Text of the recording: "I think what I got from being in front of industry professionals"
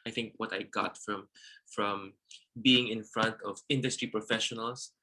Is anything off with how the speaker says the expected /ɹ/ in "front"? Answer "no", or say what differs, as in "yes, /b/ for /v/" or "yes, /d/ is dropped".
no